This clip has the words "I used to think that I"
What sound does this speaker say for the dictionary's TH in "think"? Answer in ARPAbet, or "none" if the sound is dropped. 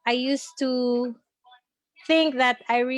TH